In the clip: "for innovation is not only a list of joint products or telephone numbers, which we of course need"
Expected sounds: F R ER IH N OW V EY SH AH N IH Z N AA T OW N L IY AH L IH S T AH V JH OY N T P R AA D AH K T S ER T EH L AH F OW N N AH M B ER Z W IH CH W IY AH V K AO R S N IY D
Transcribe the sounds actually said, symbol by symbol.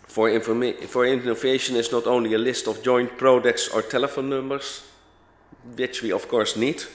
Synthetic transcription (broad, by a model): F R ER IH N OW V EY SH AH N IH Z N AA T OW N L IY AH L IH S T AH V JH OY N T P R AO D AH K T S ER T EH L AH F OW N N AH M B ER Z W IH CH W IY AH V K AO R S N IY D